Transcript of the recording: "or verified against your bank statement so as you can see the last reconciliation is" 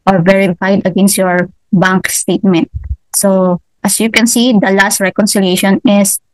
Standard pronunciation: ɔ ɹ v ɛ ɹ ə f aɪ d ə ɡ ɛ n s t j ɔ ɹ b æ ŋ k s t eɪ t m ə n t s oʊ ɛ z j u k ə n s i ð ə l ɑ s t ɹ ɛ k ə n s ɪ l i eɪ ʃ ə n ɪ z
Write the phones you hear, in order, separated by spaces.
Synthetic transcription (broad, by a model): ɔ ɹ v ɛ ɹ ə f aɪ d ə ɡ ɛ n s t j ɔ ɹ b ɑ ŋ k s t eɪ t m ə n t s oʊ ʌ s j u k ə n s i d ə l ɑ s t ɹ ɛ k ə n s ɪ l i eɪ ʃ ə n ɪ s